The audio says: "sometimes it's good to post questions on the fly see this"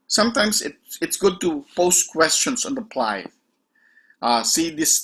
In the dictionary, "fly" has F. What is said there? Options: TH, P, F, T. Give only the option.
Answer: P